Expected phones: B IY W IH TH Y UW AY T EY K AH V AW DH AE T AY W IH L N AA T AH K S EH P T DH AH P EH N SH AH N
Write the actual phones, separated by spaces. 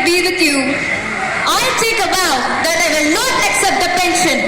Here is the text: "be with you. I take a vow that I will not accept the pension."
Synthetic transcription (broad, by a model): B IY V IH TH Y UW AY T EY K AH B AW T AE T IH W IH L N AA T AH K S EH P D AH P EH N SH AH N